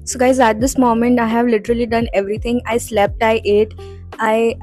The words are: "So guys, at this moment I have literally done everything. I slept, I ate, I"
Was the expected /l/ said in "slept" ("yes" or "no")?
yes